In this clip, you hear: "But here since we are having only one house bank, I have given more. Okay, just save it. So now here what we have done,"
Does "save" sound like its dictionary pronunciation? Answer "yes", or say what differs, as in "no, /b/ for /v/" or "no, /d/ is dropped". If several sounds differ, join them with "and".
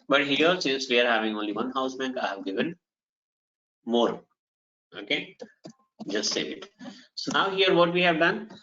no, /v/ is dropped